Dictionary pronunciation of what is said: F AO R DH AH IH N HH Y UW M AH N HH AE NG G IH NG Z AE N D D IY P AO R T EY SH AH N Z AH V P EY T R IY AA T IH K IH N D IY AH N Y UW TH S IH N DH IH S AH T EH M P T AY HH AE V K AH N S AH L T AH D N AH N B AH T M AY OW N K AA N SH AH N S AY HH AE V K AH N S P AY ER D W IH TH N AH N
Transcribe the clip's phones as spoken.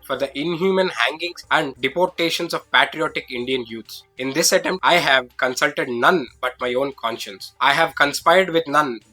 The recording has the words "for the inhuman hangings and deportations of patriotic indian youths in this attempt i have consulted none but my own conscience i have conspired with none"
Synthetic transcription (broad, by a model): F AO R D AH IH N HH Y UW M AH N HH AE NG G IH NG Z AE N D D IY P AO R T EY SH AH N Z AH V P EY T R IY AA T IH K IH N D IY AH N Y UW T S IH N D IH S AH T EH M T AY HH AE V K AH N S AH L T AH D N AH N B AH T M AY OW N K AA N SH AH N S AY HH AE V K AH N S P AY ER D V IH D N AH N